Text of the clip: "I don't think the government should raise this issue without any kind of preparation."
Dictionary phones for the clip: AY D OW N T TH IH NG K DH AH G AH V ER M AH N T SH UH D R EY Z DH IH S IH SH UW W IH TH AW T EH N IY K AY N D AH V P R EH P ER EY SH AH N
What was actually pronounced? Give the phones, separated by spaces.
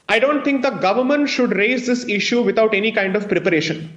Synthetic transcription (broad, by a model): AY D OW N T T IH NG K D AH G AH V ER M AH N T SH UH D R EY Z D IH S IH SH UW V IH T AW T EH N IY K AY N D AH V P R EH P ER EY SH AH N